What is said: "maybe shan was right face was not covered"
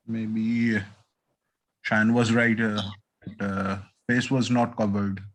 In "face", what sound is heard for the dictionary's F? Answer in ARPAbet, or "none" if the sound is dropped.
P